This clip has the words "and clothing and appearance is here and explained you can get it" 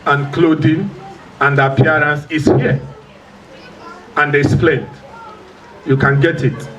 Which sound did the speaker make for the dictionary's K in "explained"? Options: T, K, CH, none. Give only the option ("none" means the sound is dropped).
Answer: none